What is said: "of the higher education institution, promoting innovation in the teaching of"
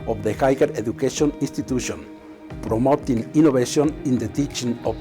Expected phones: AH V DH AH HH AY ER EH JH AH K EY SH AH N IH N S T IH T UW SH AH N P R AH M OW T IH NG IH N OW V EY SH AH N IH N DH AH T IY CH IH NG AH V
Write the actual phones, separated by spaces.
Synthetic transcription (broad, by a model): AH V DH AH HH AY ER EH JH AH K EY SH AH N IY N S T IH T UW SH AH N P R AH M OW T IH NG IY N OW B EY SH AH N IH N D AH T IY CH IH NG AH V